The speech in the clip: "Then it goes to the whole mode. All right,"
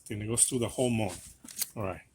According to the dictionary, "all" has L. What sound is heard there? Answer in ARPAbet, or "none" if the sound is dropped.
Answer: N